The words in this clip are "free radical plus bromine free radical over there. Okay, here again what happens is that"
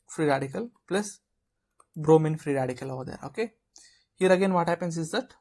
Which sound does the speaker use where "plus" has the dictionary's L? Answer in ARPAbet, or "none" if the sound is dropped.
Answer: L